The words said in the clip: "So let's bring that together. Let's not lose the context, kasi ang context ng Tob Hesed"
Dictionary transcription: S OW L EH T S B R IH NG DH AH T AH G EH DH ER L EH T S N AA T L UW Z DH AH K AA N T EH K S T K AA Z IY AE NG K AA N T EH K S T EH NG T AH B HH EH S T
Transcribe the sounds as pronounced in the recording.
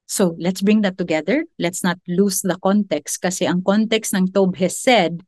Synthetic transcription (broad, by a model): S OW L EH T S B R IH NG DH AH T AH G EH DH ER L EH T S N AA T L UW S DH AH K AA N T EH K S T K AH S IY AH NG K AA N T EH K S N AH NG T AH B HH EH S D